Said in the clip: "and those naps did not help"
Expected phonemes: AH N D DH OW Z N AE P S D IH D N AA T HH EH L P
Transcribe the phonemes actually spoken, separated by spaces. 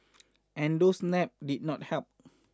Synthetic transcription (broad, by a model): AH N D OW S N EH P D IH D N AA T HH EH L P